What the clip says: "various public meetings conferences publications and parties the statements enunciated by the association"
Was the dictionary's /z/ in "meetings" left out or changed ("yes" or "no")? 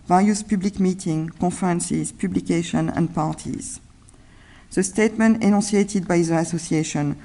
yes